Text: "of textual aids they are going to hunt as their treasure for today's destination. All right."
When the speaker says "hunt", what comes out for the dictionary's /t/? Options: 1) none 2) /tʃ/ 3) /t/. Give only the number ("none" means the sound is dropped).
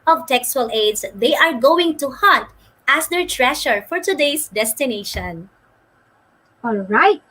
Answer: 3